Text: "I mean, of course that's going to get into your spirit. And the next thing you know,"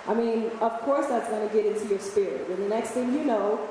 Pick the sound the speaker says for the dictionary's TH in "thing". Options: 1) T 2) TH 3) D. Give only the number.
2